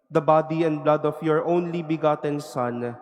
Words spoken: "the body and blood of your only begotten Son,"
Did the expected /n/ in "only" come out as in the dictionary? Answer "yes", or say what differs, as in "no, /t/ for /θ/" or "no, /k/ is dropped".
yes